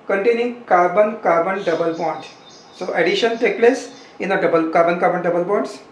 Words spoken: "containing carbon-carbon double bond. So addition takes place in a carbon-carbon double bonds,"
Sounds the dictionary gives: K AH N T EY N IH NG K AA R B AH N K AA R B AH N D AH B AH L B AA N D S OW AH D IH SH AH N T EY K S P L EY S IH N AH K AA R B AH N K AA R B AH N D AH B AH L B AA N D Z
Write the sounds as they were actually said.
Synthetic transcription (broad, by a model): K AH N T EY N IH NG K AA R B AH N K AA R B AH N D AH B AH L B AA N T S OW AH D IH SH AH N T EY K P L EY S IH N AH K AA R B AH N K AA R B AH N D AH B AH L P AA N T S